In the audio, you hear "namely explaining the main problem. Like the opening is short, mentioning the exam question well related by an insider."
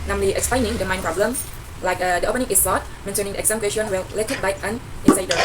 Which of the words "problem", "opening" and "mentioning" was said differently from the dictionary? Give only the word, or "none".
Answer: mentioning